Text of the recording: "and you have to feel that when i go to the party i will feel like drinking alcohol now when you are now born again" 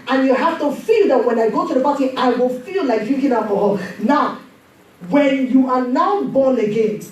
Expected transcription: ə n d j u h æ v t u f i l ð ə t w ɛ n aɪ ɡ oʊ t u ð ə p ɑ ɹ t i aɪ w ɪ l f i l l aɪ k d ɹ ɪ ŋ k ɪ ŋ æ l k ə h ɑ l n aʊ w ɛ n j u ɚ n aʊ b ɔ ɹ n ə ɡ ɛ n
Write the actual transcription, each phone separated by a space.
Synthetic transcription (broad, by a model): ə n j u h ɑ f t u f i l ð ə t w ɛ n aɪ ɡ oʊ t u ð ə b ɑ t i aɪ w ɪ l f i l l aɪ k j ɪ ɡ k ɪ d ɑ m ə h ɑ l n aʊ w ɛ n j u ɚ n aʊ b ɔ n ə ɡ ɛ n